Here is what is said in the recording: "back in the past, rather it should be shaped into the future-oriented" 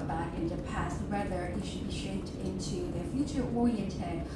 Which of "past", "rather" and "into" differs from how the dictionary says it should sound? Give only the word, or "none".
rather